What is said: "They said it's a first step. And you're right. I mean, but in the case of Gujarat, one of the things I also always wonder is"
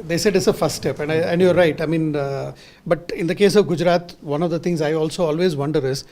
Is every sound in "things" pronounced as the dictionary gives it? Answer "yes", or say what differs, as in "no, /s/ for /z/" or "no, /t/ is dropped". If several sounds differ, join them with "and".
no, /t/ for /θ/